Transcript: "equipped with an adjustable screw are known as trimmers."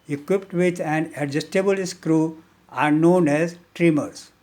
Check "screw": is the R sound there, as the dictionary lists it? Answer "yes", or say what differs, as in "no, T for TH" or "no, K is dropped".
yes